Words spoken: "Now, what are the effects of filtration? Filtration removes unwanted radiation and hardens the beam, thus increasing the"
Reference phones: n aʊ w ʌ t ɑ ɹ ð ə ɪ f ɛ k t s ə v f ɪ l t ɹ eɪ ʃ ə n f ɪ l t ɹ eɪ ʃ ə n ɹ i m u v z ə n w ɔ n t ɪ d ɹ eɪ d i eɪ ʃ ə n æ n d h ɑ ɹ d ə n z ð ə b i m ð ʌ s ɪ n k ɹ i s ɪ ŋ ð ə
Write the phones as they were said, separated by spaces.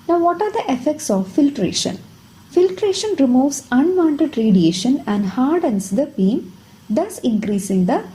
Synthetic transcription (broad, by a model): n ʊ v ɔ t ɑ ɹ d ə ɪ f ɛ k t s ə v f ɪ l t ɹ eɪ ʃ ə n f ɪ l t ɹ eɪ ʃ ə n ɹ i m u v s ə n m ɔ n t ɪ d ɹ eɪ d i eɪ ʃ ə n æ n d h ɑ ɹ d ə n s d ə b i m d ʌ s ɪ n k ɹ i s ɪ ŋ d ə